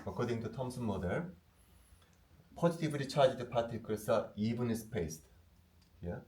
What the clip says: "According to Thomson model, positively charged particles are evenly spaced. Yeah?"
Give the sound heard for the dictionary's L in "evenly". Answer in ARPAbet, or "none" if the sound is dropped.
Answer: none